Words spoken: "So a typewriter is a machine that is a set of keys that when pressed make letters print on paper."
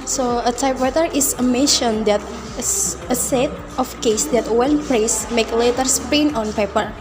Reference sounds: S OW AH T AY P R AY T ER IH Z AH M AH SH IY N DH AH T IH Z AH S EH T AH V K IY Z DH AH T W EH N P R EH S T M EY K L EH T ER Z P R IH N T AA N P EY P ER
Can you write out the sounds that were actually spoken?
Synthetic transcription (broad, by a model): S OW AH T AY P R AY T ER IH S AH M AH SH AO N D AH T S AH S EH T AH F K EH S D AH T W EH N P R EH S M EY K L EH T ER S P EH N AA N P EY P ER